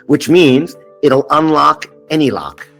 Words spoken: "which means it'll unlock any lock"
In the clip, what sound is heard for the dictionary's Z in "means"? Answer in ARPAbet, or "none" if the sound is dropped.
Z